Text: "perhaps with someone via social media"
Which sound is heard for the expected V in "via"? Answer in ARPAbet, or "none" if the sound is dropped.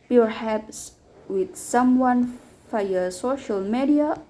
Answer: F